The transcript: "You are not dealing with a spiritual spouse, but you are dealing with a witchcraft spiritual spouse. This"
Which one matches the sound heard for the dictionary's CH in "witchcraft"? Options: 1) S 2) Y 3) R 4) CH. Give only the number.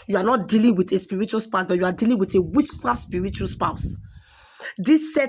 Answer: 1